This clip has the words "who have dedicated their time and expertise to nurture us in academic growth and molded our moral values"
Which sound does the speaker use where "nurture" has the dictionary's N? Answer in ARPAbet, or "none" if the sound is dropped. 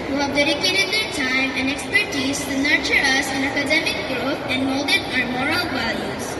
N